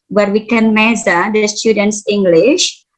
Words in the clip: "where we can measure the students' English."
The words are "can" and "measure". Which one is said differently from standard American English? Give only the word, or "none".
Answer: measure